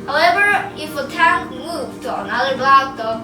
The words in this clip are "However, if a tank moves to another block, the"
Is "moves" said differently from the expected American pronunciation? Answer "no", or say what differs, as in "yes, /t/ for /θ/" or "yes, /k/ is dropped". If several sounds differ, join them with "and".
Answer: yes, /z/ is dropped